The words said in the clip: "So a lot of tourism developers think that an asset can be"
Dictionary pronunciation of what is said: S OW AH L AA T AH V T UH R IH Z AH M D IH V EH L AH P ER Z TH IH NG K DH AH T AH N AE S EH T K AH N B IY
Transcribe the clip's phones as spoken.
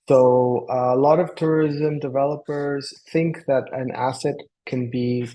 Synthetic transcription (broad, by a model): S OW AH L AA T AH V T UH R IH Z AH M D IH V EH L AH P ER Z TH IH NG K DH AH T AH N AE S EH T K AH N B IY